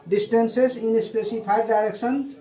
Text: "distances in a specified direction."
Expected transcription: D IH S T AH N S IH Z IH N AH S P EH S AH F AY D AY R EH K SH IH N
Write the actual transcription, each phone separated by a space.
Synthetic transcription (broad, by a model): D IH S T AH N S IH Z IH N AH S P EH S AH P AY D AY R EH K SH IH N